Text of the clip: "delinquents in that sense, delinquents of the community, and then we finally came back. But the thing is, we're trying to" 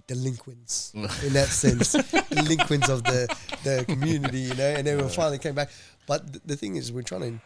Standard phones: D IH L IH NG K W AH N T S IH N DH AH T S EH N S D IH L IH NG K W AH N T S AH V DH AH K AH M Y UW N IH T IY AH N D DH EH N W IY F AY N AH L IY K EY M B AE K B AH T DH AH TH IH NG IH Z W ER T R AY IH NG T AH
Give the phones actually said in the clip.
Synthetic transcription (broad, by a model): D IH L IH NG K W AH N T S IH N DH AH T S EH N S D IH L IH NG K W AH N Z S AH V DH AH K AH M Y UW N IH T IY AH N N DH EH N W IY F AY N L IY K EY M B AE K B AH T DH AH TH IH NG IH Z W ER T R AY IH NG